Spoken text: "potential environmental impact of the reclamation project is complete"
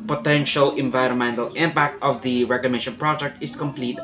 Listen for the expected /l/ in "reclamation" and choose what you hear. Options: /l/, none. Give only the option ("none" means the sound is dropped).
none